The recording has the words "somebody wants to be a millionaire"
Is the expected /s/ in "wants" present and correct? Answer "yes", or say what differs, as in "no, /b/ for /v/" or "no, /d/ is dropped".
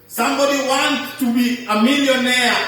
no, /s/ is dropped